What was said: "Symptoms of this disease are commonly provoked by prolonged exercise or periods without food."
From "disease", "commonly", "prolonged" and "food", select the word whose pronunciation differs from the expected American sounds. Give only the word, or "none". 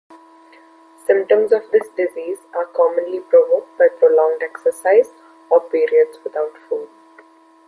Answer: none